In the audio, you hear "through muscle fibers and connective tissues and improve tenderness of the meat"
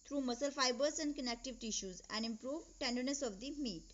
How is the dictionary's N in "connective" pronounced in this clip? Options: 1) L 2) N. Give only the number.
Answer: 2